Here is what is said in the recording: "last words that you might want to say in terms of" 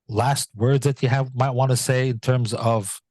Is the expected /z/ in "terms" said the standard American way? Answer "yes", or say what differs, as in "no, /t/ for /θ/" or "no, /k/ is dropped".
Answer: yes